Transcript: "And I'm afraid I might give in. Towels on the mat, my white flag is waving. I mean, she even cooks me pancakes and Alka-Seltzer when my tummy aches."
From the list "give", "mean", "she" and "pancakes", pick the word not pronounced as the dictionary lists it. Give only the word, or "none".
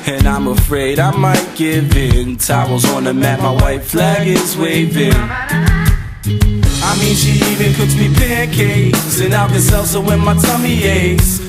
pancakes